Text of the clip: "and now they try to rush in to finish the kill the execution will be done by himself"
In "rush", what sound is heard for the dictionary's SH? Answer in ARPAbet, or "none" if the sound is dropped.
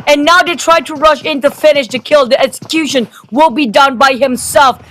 SH